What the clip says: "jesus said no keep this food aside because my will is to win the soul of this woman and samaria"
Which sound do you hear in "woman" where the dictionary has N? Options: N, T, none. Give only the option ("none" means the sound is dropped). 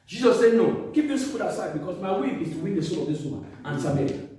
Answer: none